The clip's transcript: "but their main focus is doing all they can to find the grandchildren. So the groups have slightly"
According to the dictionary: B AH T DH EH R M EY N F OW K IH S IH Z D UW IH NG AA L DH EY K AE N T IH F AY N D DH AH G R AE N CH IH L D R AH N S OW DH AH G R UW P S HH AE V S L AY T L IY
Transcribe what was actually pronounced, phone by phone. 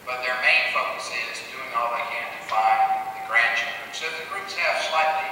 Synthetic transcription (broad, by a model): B AH T DH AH R M EY N F OW K IH S IH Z D UW IH NG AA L DH EY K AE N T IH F AY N DH AH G R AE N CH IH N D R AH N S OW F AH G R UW S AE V S L AY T L IY